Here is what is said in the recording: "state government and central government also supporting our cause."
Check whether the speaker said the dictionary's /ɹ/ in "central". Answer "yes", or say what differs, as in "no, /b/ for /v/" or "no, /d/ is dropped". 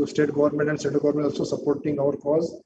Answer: no, /ɹ/ is dropped